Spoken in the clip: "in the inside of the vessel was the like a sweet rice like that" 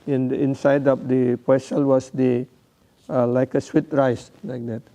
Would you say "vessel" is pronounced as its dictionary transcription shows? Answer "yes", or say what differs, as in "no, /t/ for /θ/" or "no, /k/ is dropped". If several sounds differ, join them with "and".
no, /p/ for /v/